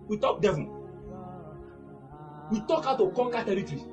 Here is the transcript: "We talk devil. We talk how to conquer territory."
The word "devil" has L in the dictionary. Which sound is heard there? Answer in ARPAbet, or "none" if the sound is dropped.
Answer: N